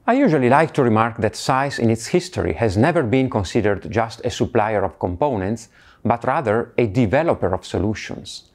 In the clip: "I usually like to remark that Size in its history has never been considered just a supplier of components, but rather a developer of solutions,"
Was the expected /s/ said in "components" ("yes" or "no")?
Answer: yes